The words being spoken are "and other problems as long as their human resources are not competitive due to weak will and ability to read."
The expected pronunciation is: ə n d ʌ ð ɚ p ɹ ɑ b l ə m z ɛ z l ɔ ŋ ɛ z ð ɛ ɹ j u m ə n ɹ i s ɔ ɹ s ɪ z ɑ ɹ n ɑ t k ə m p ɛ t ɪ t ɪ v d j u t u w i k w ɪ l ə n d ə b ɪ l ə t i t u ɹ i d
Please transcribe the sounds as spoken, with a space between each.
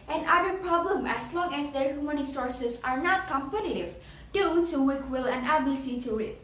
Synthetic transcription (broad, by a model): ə n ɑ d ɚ p ɹ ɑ b l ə m ɛ s l ɔ ŋ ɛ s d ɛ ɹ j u m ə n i s ɔ ɹ s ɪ s ɑ ɹ n ɑ t k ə m p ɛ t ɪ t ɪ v d j u t u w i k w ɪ l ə n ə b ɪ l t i t u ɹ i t